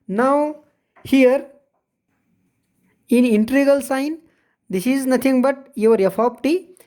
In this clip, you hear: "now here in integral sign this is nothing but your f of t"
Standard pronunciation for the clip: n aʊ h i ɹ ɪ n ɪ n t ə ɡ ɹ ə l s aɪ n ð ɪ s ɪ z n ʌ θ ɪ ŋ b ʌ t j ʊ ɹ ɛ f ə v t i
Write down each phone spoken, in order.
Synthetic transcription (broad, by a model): n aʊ h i ɹ ɪ n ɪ n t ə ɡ ə l s aɪ n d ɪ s ɪ z n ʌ t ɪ ŋ b ʌ t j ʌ ɹ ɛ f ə p t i